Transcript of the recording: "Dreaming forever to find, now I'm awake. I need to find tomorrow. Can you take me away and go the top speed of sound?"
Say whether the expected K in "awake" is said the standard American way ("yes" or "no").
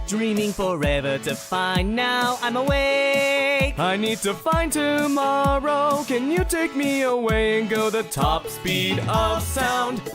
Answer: no